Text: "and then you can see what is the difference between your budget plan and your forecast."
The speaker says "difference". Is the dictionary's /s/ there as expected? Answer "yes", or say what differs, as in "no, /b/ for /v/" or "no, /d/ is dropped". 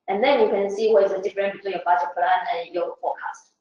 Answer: no, /s/ is dropped